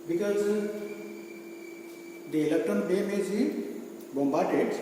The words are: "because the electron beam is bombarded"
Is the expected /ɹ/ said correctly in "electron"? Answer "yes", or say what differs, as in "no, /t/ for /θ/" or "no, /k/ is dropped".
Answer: no, /ɹ/ is dropped